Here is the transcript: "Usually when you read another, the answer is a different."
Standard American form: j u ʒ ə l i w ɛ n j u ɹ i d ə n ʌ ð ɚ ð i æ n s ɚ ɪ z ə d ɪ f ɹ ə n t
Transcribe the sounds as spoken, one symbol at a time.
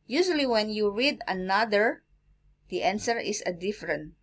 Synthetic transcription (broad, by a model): j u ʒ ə l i w ɛ n j u ɹ i d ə n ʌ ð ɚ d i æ n s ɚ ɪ s ə d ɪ f ɹ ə n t